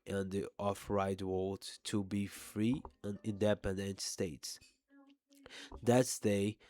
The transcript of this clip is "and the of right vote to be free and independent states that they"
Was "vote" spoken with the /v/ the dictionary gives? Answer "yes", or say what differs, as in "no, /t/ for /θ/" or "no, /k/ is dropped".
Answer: no, /w/ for /v/